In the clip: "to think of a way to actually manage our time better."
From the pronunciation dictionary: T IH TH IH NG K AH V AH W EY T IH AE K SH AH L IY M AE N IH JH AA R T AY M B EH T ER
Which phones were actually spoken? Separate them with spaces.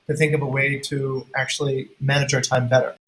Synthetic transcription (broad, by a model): T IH TH IH NG K AH V AH W EY T IH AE K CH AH L IY M AE N IH JH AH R T AY M B EH T ER